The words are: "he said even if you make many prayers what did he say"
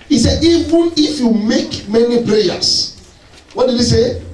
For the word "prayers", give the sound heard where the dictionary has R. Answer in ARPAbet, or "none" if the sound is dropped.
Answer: L